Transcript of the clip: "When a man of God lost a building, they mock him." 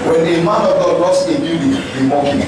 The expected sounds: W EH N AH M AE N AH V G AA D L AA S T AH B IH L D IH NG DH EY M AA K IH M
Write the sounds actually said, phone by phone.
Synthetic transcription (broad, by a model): W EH N AH M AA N AH V G AA D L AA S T AH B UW D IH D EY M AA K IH